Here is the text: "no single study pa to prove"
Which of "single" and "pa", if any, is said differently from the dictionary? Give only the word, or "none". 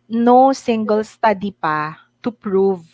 none